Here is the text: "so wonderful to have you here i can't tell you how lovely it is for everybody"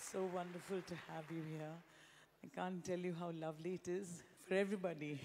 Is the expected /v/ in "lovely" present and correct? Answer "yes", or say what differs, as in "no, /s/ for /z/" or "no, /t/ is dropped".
yes